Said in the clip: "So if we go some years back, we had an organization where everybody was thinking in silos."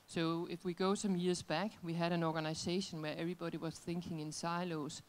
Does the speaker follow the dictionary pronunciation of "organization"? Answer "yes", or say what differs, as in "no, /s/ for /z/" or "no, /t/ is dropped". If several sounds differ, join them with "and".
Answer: no, /s/ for /z/